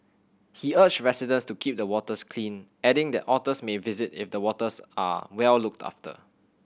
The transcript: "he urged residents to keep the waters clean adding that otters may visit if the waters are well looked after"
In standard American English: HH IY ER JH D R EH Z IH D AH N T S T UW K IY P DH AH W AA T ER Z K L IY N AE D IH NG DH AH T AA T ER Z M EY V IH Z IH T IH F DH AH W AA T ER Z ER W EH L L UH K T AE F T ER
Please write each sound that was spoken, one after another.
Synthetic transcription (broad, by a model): HH IY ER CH R EH S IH D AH N S T UW K IY P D AH W AA T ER S K L IY N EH D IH NG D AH T AA T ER S M EY V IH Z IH T IH F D AH W AA T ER S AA W EH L L UH K T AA F T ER